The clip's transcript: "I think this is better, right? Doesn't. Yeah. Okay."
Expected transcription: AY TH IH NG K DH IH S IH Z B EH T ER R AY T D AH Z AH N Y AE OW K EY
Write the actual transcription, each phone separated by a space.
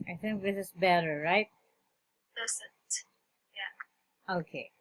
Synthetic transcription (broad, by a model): AY TH IH NG K DH IH S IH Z B EH T ER R AY T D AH S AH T Y AE OW K EY